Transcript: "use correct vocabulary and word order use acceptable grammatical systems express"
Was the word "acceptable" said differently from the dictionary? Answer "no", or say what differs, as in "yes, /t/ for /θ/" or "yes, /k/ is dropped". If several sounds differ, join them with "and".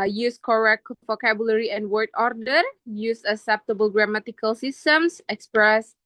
yes, /k/ is dropped